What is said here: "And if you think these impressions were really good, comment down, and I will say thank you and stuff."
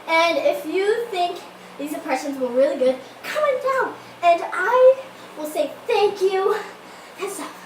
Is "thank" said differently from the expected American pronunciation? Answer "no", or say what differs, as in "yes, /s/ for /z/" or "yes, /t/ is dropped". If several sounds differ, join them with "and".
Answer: no